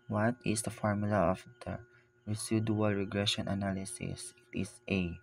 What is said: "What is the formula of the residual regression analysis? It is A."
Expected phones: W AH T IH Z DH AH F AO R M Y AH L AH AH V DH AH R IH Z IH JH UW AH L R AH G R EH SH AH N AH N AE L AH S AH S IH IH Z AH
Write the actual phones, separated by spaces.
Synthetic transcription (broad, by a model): W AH T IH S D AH F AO R M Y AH L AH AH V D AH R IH S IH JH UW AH L R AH G R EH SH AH N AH N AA L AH S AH S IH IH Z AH